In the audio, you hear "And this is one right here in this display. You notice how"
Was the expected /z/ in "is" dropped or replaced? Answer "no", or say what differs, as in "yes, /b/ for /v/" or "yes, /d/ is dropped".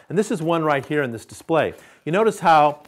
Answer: no